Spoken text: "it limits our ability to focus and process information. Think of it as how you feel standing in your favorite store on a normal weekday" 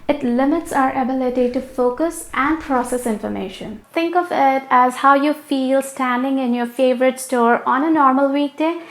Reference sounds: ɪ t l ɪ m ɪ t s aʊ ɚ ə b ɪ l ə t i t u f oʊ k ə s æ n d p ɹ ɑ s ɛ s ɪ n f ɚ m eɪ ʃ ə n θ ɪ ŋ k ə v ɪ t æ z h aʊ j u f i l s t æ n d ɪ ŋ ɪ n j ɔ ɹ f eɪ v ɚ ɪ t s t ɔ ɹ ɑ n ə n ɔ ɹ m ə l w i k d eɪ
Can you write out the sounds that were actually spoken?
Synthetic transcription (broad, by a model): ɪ t l ɪ m ɪ t s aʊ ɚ ə b ɪ l ə t i t u f oʊ k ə s æ n d p ɹ ɑ s ɛ s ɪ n f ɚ m eɪ ʃ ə n t ɪ ŋ k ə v ɪ t æ z h aʊ j u f i l s t æ n d ɪ ŋ ɪ n j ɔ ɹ f eɪ v ɚ ɪ t s t ɔ ɹ ɑ n ə n ɔ ɹ m ə l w i k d eɪ